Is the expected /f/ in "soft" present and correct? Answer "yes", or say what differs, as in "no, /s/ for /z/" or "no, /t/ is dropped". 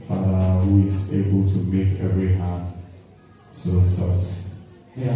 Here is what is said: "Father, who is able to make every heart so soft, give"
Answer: no, /f/ is dropped